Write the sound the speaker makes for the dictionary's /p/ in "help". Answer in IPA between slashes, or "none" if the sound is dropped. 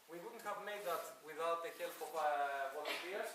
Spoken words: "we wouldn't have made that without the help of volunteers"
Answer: /f/